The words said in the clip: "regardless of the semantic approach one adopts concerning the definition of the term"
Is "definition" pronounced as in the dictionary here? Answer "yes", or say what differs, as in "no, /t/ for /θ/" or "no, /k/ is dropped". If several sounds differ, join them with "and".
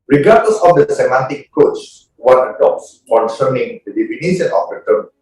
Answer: no, /s/ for /ʃ/